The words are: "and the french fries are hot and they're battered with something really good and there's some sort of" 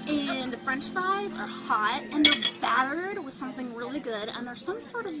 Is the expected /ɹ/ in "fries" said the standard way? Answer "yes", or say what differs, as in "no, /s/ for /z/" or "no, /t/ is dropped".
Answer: no, /ɹ/ is dropped